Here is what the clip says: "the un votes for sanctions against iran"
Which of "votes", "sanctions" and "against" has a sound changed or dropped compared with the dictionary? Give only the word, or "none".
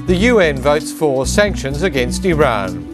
none